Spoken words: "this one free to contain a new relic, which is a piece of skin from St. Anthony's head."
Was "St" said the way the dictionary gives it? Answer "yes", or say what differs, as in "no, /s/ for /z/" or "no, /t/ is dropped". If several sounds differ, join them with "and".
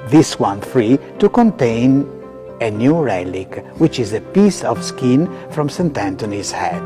yes